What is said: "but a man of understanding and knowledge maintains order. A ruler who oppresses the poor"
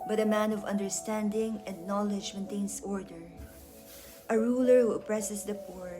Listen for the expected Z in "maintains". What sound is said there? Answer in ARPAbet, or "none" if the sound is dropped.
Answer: S